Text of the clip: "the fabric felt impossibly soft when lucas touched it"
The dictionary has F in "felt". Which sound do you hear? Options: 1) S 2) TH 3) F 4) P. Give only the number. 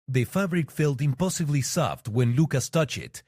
3